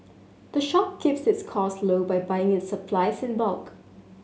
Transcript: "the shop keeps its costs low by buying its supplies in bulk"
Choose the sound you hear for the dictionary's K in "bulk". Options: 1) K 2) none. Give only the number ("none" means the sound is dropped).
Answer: 1